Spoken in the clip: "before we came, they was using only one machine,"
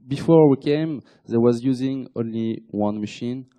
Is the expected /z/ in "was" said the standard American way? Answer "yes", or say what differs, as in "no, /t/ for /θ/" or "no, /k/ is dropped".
yes